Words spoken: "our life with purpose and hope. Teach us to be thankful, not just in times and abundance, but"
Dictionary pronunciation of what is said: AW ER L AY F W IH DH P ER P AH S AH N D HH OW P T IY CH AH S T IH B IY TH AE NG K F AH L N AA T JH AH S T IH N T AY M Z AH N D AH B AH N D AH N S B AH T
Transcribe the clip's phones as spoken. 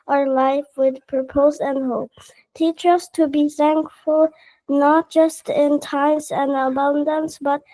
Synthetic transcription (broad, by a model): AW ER L AY F W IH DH P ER P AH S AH N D HH OW P T IY CH AH S T IH B IY TH AE NG K F AH L N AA T JH AH S T IH N T AY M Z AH N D AH B AH N D AH N S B AH T